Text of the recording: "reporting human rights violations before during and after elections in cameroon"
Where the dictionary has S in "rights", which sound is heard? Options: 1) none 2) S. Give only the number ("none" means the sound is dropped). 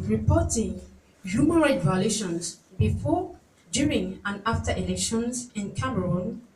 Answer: 1